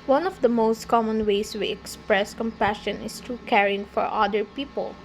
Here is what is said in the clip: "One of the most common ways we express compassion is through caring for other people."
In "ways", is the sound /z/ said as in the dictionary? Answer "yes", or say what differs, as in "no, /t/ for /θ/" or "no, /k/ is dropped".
no, /s/ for /z/